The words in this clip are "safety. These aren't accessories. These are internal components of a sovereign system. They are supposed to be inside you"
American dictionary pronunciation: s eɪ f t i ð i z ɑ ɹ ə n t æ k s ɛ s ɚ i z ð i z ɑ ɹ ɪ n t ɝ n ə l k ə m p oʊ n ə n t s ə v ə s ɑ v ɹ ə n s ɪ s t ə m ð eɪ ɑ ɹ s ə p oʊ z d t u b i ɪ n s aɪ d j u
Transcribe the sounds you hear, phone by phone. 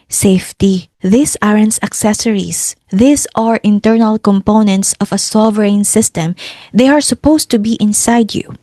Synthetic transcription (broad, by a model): s eɪ f t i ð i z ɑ ɹ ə n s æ k s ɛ s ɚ i s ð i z ɑ ɹ ɪ n t ɝ n ə l k ə m p oʊ n ə n t s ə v ə s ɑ v ɹ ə n s ɪ s t ə m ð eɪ ɑ ɹ s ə p oʊ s t u b i ɪ n s aɪ d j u